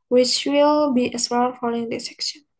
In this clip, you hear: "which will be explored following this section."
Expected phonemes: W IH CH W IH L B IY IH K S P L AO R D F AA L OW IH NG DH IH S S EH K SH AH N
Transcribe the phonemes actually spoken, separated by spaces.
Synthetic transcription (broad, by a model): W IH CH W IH L B IY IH S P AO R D F AA L OW IH NG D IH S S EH K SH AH N